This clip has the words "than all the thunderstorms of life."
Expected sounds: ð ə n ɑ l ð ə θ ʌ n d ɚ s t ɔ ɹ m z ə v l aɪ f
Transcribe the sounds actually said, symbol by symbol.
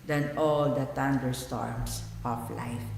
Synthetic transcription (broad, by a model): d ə n ɑ l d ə t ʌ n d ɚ s t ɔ ɹ m s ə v l aɪ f